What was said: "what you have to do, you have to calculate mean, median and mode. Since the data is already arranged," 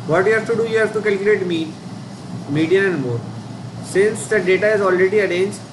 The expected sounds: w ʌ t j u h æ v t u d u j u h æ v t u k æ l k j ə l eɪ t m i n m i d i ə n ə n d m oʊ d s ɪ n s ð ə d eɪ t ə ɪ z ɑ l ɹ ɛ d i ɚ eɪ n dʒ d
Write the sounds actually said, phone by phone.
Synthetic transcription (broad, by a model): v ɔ t j u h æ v t u d u j u h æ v t u k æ l k j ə l eɪ t m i m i d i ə ə n d m oʊ d s ɪ n s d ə d eɪ t ə ɪ z ɑ l ɹ ɛ d i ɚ eɪ n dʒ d